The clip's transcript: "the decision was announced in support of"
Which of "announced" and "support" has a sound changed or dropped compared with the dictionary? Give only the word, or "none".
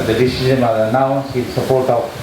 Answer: announced